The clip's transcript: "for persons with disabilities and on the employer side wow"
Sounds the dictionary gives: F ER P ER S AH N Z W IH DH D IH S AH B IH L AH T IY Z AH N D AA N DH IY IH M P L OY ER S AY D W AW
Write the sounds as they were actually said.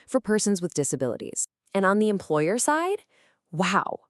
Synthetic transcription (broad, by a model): F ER P ER S AH N Z W IH DH D IH S AH B IH L AH T IY Z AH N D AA N DH IY IH M P L OY ER S AY D W AW